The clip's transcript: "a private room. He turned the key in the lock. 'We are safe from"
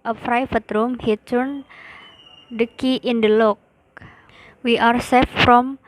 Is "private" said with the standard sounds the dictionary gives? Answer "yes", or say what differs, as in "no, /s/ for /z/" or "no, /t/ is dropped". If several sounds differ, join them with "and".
no, /f/ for /p/ and /f/ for /v/